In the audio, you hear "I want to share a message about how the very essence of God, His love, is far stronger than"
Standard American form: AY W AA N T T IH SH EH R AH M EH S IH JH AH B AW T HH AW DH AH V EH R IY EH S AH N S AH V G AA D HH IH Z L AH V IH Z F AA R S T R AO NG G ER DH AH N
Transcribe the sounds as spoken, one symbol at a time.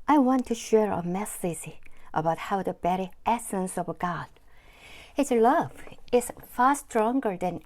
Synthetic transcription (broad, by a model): AY W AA N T T IH SH EH R AH M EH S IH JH AH B AW T HH AW DH AH B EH R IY EH S AH N S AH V G AA D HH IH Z L AH V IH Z F AA R S T R AO NG G ER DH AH N